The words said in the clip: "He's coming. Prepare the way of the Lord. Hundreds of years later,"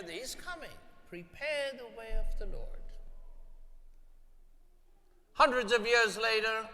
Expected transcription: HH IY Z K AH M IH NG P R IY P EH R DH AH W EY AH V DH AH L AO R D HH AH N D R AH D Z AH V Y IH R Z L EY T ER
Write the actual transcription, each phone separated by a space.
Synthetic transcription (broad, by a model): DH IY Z K AH M IH NG P R IY P EH R DH AH W EY AH V DH AH L AO R D HH AH N D R AH D Z AH V Y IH R Z L EY T ER